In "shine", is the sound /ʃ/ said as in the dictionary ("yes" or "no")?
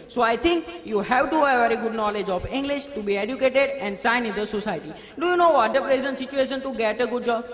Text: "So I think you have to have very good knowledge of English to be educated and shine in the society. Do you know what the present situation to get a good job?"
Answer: no